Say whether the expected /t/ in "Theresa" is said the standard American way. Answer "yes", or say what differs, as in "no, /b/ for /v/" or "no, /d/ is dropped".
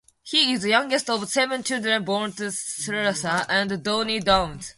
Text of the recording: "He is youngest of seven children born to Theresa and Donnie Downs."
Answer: no, /s/ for /t/